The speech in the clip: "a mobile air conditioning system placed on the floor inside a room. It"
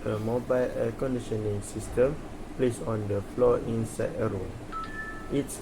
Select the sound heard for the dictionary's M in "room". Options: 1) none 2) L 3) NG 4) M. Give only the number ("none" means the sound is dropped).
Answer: 1